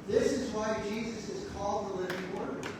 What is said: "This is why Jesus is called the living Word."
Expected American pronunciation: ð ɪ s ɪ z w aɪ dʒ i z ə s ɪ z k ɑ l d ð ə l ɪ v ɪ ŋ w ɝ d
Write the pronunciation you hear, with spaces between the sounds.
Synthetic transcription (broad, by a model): ð ɪ s ɪ z w aɪ dʒ i z ə s ɪ z k ɑ l d ð ə l ɪ v ɪ ŋ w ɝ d